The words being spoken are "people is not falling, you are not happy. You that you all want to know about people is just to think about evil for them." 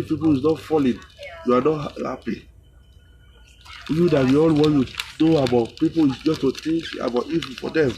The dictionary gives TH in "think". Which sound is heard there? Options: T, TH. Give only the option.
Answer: T